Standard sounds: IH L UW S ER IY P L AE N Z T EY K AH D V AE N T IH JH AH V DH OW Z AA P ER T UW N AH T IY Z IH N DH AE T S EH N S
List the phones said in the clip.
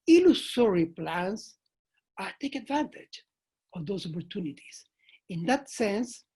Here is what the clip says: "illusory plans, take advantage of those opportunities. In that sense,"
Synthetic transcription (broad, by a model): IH L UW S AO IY P L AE N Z T EY K AH D V AE N T IH JH AH V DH OW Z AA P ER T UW N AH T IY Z IH N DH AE T S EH N S